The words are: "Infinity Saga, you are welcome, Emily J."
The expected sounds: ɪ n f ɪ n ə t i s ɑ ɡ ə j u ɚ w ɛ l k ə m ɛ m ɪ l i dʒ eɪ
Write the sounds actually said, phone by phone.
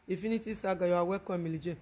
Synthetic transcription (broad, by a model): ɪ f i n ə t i s ɑ ɡ ə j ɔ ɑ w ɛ k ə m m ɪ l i dʒ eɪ